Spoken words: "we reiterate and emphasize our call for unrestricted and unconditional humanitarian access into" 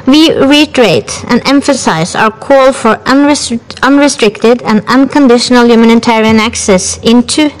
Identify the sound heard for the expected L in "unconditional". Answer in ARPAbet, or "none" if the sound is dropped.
L